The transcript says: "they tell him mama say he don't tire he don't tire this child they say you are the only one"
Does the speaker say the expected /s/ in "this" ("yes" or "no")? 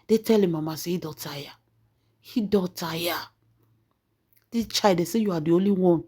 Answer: no